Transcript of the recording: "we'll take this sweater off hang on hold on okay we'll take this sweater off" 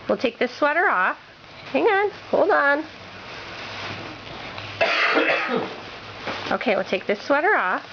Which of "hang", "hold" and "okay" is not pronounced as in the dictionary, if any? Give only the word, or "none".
none